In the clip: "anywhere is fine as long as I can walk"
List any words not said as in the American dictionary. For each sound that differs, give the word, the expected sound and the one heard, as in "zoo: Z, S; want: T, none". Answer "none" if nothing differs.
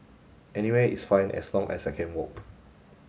is: Z, S; as: Z, S; as: Z, S